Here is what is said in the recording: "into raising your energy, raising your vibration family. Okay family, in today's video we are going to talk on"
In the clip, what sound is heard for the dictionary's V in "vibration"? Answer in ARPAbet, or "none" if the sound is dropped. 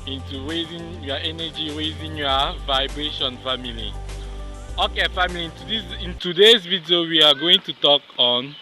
V